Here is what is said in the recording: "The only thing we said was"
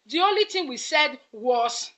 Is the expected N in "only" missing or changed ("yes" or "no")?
no